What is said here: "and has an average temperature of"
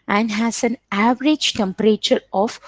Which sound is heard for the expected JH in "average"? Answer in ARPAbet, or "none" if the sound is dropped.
JH